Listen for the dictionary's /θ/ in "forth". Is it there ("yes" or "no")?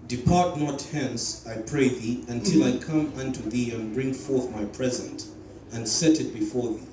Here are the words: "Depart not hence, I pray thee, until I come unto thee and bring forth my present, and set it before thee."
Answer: yes